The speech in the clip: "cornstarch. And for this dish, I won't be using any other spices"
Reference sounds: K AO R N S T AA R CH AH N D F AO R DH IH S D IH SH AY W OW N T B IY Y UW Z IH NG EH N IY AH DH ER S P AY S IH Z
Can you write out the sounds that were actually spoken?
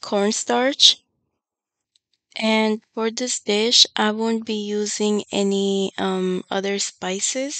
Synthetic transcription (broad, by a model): K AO R N S T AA R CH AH N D F AO R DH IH S D IH SH AY W OW N T B IY Y UW Z IH NG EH N IY AH DH ER S P AY S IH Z